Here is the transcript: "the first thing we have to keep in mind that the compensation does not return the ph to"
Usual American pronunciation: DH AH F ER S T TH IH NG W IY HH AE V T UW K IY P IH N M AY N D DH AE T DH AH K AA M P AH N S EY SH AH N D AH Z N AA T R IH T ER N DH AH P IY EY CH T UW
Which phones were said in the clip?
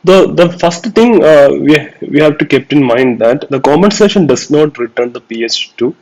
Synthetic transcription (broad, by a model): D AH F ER S T T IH NG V IY HH AE V T UW K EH P IH N M AY N D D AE T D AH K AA M AH N S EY SH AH N D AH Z N AA T R IH T ER N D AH P IY EY CH T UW